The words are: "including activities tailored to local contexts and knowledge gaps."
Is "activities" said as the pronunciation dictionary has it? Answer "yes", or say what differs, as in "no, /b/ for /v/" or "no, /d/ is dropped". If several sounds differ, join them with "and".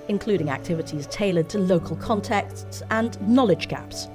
yes